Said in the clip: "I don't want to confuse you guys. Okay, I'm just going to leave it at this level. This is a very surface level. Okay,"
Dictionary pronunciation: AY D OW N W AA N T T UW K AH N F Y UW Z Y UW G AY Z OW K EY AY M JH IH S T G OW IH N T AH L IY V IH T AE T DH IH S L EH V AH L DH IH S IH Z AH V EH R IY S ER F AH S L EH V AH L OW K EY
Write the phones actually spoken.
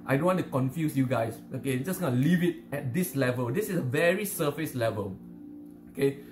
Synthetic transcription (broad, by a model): AY D OW N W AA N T T UW K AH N F Y UW S Y UW G AY S OW K EY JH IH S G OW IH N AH L IY V IH T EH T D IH S L EH V AH L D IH S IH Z AH V EH R IY S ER F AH S L EH V AH L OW K EY